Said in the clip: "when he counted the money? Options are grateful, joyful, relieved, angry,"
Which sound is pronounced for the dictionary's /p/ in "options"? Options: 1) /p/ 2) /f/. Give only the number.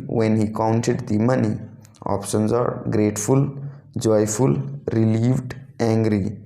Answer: 1